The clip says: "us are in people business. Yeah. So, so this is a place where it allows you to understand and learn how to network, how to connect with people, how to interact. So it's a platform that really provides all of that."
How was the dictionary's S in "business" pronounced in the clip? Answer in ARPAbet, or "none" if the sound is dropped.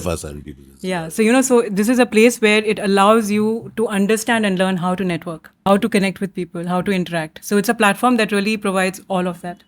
none